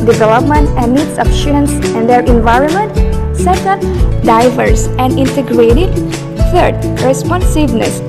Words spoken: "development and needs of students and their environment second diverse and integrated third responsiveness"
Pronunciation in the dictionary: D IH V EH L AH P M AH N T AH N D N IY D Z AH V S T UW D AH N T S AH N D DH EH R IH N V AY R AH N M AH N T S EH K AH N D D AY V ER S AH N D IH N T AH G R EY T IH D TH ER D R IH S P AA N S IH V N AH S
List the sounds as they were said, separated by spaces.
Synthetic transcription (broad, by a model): D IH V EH L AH P M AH N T AH N D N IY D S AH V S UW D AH N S AH N D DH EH R IH N V AY R AH N M AH N T S EH K AH N D D AY V ER S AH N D IH N T AH G R EY T IH D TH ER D R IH S P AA N S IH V N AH S